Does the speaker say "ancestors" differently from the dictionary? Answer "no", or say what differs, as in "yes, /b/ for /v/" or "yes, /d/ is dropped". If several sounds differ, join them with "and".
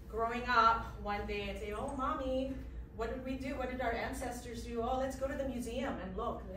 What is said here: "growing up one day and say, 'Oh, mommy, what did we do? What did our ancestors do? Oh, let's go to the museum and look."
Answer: no